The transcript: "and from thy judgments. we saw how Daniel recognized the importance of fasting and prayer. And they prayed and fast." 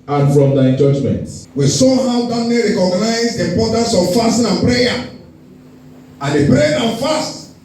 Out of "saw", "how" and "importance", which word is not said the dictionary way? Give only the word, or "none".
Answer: importance